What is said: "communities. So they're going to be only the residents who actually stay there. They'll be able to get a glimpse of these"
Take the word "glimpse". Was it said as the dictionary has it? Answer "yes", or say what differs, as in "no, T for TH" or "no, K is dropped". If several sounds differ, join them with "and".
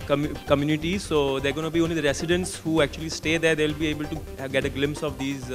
yes